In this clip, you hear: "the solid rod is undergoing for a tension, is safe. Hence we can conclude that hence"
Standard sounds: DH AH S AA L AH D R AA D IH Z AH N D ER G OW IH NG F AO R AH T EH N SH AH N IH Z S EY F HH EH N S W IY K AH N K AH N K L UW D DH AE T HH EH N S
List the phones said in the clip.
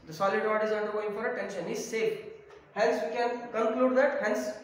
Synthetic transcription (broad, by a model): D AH S AA L AH D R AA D IH Z AH N D ER G OW IH NG F AO R AH T EH N SH AH N IH Z S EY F HH EH N S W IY K AH N K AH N K L UW D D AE T HH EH N S